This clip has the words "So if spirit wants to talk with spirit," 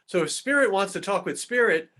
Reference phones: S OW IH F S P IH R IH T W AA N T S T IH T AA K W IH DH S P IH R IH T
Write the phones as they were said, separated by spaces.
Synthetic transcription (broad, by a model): S OW IH F S P IH R IH T W AA N T S T IH T AA K W IH DH S P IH R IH T